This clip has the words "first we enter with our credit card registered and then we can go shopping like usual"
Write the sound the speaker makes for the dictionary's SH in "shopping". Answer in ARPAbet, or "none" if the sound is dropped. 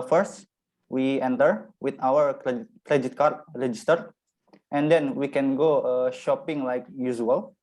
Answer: SH